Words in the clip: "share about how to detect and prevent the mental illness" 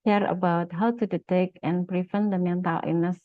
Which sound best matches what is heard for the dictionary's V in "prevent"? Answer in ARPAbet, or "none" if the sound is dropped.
F